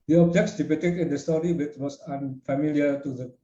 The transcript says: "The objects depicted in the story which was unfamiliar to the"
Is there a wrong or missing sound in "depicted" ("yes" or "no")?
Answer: yes